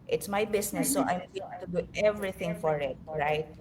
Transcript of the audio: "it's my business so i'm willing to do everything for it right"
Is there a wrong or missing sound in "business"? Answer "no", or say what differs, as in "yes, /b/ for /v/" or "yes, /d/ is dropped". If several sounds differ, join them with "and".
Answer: yes, /s/ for /z/